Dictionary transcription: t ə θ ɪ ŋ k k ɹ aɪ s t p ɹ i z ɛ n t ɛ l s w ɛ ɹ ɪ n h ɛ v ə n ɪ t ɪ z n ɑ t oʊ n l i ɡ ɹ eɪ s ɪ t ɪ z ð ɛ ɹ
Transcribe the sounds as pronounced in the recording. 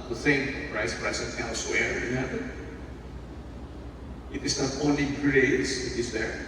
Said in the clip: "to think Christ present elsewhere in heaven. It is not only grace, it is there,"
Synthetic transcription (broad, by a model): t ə θ ɪ ŋ k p ɹ aɪ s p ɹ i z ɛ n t ɛ l s w ɛ ɹ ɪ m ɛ b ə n ɪ t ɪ s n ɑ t oʊ n l i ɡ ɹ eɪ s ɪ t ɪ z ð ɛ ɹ